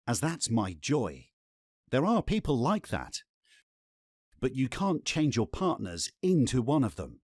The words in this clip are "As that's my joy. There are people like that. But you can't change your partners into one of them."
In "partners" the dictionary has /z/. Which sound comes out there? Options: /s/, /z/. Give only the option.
/z/